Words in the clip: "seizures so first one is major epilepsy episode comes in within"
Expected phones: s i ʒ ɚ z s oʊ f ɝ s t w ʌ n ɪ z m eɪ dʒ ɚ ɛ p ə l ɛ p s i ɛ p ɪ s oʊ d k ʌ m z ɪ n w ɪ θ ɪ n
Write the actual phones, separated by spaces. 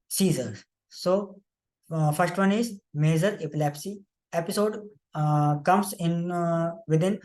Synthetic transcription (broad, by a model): s i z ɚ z s oʊ f ɝ s t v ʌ n ɪ z m eɪ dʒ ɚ ɛ p ə l ɛ p s i ɛ p ɪ s oʊ d k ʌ m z ɪ n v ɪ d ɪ n